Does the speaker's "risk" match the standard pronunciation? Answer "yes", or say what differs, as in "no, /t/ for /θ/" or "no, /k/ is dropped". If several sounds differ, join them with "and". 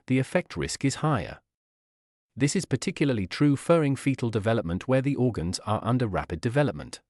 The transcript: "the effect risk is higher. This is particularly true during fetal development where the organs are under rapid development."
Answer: yes